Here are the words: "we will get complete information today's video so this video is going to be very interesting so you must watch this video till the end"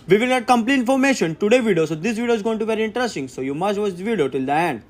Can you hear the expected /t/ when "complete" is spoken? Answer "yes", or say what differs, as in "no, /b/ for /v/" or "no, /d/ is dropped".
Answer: no, /t/ is dropped